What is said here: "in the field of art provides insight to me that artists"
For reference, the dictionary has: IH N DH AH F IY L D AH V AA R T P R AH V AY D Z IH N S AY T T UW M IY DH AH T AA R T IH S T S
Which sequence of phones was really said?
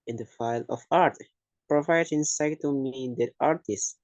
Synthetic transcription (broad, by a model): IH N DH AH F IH L AH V AA R T P R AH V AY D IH N S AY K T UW M IY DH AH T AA R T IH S S